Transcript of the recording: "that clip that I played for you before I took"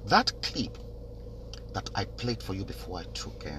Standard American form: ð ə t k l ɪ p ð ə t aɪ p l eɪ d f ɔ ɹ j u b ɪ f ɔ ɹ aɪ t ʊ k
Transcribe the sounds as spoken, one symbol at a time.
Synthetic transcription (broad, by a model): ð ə t k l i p ð ə t aɪ p l eɪ d f ɔ ɹ j u b ɪ f ɔ ɹ aɪ t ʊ k